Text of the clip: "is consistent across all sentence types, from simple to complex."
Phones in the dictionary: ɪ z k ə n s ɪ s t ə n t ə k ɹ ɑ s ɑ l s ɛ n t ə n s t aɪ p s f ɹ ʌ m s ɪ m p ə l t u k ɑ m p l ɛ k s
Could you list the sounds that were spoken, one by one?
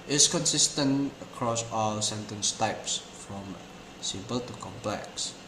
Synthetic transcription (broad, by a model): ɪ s k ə n s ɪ s t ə n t ə k ɹ ɑ s ɑ l s ɛ n t ə n s t aɪ p s f ɹ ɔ m s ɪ m p ə l t u k ɑ m p l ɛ k s